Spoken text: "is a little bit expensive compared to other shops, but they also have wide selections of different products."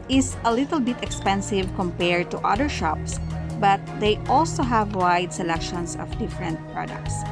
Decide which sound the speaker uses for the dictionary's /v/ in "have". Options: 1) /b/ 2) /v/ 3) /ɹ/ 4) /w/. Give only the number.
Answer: 2